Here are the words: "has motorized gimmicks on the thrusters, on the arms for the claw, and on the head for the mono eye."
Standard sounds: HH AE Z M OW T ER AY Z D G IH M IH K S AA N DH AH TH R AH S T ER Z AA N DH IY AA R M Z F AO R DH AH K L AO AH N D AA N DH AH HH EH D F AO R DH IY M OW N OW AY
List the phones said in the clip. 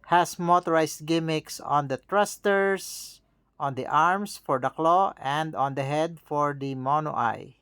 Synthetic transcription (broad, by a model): HH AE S M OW T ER AY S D G IH M IH K S AA N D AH T R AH S T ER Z AA N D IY AA R M S F AO R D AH K L AO AH N D AA N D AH HH EH D F AO R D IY M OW N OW AY